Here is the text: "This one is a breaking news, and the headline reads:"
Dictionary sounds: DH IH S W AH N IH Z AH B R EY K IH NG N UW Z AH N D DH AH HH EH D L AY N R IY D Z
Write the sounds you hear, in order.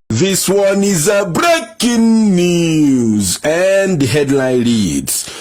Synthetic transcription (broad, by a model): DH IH S W AH N IH Z AH B R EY K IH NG N UW Z AH N D HH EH D L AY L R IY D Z